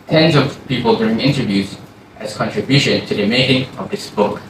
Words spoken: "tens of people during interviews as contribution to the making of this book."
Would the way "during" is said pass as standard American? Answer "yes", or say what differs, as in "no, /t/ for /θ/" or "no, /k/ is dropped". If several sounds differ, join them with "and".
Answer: yes